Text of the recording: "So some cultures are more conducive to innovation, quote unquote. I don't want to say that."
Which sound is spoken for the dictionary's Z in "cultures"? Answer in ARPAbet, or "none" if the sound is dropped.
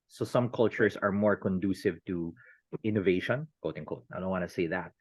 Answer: S